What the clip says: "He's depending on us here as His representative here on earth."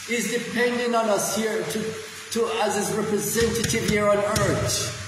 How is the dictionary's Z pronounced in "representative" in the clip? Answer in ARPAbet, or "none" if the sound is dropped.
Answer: Z